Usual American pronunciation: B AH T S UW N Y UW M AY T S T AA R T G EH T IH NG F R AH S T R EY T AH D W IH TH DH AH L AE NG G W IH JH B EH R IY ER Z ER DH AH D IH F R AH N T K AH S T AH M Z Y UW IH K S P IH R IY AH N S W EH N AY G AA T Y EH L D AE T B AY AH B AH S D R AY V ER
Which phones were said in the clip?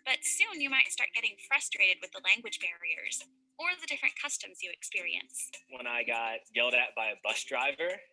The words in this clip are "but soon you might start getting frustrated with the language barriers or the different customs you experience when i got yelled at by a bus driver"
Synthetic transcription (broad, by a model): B AH T S UW N Y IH M AY T S T AA R T G EH T IH NG F R AH S T R EY T AH D W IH DH AH L AE NG G W IH JH B EH R IY ER Z ER DH AH D IH F R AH N K AH S T AH M Z Y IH IH K S P IH R IY AH N S W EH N AY G AA T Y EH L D AE T B AY AH B AH S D R AY V ER